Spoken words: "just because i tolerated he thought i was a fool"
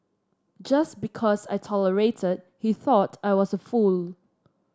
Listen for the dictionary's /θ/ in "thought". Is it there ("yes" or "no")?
yes